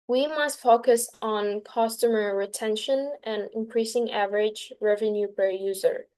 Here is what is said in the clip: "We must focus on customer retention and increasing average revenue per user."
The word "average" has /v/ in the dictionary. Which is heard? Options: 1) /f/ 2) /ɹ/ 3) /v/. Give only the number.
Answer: 3